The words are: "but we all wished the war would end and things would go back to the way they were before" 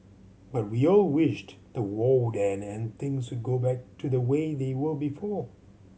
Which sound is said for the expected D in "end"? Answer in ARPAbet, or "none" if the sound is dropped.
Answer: none